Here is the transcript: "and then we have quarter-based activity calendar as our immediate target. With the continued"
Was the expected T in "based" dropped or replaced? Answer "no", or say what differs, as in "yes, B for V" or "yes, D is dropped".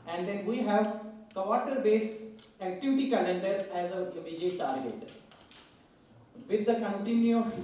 yes, T is dropped